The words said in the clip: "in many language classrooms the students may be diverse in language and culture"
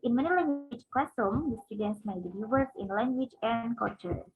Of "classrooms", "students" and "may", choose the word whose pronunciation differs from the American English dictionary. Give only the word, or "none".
classrooms